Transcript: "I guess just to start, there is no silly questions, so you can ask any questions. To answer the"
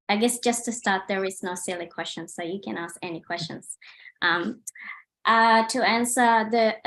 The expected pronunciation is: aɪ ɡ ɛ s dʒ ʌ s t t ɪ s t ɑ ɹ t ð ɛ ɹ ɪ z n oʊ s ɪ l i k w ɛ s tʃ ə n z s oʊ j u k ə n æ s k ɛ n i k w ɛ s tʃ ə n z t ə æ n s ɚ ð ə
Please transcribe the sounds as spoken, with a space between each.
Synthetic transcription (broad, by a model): aɪ ɡ ɛ s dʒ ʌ s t t ɪ s t ɑ ɹ t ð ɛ ɹ ɪ z n oʊ s ɪ l i k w ɛ s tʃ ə n s oʊ j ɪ k ə n æ s k ɛ n i k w ɛ s tʃ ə n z t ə æ n s ɚ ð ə